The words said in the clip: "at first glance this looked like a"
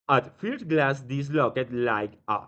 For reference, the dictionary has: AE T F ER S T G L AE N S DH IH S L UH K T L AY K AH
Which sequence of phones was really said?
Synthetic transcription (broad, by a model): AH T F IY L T G L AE S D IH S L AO K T L AY K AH